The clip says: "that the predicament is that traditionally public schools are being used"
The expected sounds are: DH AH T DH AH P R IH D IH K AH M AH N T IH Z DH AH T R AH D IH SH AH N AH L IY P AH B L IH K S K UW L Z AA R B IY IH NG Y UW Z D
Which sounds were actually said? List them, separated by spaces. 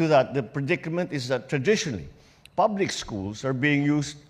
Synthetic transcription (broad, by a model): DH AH T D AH P R IH D IH K AH M AH N T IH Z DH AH T R AH D IH SH AH N AH L IY P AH B L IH K S K UW L S AA R B IY IH NG Y UW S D